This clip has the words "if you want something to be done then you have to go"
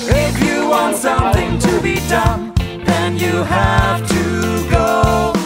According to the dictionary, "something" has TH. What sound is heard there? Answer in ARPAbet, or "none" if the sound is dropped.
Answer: TH